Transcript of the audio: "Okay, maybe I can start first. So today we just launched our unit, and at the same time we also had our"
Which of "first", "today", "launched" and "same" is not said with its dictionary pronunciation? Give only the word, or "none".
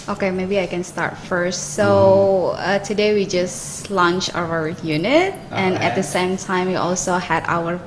launched